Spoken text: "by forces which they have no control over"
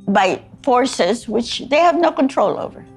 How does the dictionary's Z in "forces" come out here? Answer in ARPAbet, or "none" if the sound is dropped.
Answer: Z